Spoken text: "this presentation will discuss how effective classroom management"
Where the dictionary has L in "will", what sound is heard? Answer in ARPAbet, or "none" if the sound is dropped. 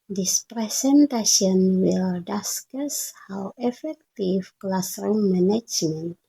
L